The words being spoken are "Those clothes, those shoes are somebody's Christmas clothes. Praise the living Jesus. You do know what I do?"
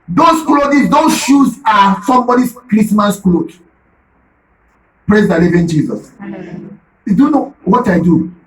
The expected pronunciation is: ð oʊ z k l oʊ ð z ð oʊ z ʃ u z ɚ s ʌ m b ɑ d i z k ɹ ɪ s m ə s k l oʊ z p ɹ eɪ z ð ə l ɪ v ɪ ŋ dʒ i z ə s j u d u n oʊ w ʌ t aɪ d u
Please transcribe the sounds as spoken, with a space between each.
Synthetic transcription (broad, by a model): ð oʊ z k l oʊ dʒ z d oʊ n ʃ u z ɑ s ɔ m b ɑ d i s k ɹ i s m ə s k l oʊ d p ɹ eɪ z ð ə l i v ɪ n dʒ i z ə s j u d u n oʊ w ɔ t aɪ d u